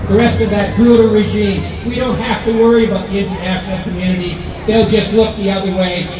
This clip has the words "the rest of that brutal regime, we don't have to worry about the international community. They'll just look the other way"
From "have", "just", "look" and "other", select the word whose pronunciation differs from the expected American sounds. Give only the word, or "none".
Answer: have